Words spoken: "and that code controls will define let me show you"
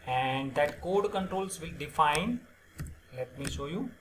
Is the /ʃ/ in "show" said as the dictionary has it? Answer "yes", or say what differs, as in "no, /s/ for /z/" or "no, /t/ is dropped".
yes